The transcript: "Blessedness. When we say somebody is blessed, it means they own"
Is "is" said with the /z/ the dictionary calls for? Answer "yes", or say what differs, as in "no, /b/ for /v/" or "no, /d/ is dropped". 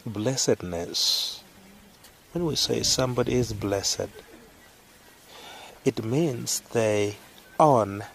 yes